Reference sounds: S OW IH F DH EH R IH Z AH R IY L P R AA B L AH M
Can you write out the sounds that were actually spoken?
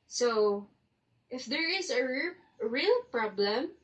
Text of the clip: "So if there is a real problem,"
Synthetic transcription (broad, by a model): S OW IH F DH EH R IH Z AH R IY L P R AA B L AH M